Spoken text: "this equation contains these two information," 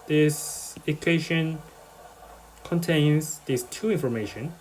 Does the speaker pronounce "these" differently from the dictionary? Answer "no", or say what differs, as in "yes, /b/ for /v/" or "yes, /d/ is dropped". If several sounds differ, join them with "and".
yes, /s/ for /z/